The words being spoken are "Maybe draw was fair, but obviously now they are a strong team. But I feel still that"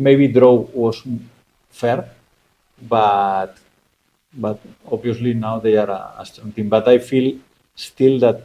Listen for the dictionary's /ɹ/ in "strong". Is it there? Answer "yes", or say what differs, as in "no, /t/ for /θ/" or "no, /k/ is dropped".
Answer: no, /ɹ/ is dropped